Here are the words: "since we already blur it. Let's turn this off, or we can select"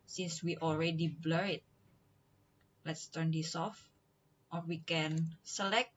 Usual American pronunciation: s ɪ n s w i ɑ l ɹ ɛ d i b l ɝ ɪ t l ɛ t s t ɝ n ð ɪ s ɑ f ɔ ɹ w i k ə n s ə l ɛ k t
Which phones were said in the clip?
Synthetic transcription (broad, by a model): s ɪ n s w i ɑ l ɹ ɛ d i b l ɝ ɪ t l ɛ t s t ɝ n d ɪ s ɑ f ɔ ɹ w i k ə n s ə l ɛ k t